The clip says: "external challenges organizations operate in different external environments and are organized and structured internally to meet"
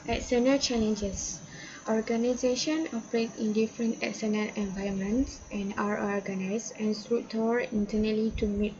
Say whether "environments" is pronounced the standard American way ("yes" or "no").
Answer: no